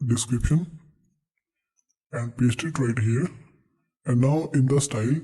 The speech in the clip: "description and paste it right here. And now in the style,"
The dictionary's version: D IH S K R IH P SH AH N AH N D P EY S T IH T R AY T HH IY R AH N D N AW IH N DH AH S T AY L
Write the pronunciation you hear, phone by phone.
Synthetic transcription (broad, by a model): D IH S K R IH P SH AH N AH N D P EY S T IH T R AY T HH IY R AH N D N AW IH N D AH S T AY L